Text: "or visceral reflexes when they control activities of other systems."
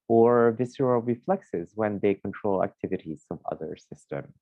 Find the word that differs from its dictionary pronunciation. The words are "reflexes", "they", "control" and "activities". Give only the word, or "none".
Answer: none